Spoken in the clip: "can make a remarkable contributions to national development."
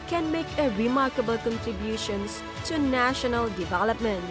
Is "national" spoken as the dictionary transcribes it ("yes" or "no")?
yes